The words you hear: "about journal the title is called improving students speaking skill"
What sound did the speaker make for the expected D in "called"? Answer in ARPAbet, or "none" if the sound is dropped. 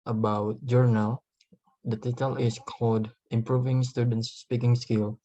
D